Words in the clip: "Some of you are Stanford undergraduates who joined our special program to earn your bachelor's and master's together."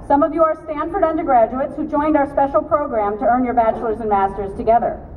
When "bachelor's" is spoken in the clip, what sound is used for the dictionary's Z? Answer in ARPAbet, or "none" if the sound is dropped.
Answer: Z